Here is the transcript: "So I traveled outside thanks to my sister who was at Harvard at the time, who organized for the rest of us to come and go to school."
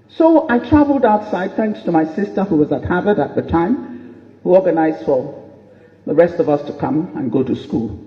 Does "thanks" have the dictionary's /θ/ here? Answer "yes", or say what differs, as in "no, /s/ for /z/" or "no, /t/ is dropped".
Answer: yes